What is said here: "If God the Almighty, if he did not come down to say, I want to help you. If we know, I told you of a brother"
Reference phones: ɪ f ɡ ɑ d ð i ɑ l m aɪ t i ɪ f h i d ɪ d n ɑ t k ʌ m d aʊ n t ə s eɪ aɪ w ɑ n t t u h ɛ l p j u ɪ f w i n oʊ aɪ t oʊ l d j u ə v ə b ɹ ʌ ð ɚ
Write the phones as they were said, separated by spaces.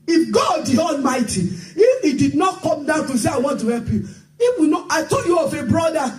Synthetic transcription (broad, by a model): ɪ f ɡ ɑ d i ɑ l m aɪ t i ɪ f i d ɪ d n ɑ t k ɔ m d aʊ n t ə s eɪ aɪ w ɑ n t t u h ɛ l p j u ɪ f w i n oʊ aɪ t oʊ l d j u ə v ə b ɹ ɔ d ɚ